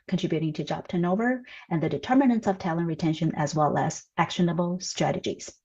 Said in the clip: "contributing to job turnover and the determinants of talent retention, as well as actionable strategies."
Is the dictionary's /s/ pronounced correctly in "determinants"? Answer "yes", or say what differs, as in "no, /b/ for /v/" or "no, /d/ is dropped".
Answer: yes